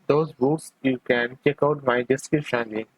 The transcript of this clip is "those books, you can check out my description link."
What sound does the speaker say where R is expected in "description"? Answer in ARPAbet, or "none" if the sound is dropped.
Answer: none